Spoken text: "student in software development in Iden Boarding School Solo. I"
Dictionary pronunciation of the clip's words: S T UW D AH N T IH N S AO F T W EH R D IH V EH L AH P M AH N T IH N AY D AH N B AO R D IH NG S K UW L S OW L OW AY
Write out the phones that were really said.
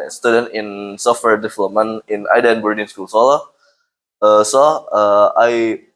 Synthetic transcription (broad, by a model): S T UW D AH N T IH N S AO F T W EH R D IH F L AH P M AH N IH N AY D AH N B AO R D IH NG S K UW L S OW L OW AY